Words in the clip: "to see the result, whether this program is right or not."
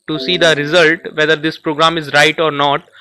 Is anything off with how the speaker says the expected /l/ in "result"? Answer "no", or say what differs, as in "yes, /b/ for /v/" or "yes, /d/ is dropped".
no